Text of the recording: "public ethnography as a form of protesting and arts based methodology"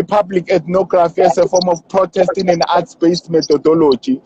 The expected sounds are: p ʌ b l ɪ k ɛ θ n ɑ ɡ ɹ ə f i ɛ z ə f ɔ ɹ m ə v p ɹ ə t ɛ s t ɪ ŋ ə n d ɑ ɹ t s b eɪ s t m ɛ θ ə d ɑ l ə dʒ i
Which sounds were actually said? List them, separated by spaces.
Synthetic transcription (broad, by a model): p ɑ b l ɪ k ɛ t n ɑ ɡ ɹ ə f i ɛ s ə f ɔ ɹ m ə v p ɹ ə t ɛ s t ɪ ŋ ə n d ɑ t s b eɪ s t m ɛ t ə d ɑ l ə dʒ i